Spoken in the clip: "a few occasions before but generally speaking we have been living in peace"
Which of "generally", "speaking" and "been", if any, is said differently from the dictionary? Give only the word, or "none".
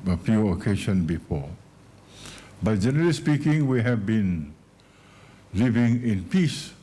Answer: none